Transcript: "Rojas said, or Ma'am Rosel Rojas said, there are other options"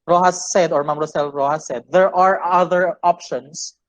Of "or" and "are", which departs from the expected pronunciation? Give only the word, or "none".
none